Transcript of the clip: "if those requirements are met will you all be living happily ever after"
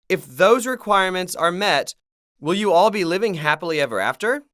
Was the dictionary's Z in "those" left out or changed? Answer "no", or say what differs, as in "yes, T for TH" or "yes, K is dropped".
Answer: no